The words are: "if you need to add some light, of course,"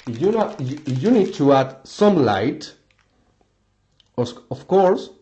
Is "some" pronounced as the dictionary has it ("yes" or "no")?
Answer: yes